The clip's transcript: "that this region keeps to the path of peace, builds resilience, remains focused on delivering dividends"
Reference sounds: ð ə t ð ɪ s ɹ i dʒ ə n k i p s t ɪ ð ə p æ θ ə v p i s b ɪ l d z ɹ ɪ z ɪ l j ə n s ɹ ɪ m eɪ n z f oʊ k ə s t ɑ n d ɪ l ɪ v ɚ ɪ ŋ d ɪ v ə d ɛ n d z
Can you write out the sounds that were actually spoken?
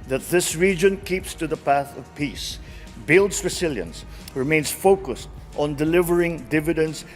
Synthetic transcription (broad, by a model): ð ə t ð ɪ s ɹ i dʒ ə n k i p s t ɪ ð ə p æ θ ə v p i s b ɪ l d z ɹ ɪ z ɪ l j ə n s ɹ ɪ m eɪ n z f oʊ k ə s t ɑ n d ɪ l ɪ v ɚ ɪ ŋ d ɪ v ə d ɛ n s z